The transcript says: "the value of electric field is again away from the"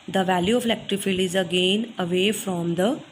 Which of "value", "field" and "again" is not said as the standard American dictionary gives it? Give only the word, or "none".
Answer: field